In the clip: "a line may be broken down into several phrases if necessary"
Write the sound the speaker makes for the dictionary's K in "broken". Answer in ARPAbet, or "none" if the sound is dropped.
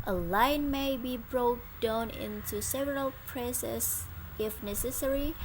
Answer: none